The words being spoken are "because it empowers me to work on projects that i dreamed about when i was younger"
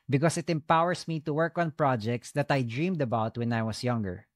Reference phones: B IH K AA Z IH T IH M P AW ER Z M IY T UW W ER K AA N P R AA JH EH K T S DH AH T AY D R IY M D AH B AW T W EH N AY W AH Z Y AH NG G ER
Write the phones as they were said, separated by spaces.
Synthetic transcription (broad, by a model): B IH K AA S IH T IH M P AW ER S M IY T UW W ER K AA N P R AA JH EH K T S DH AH T AY D R IY M D AH B AW T W EH N AY W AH S Y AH NG G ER